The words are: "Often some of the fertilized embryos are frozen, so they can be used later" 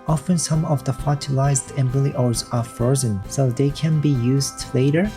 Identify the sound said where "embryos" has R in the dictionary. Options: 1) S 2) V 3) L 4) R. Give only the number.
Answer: 3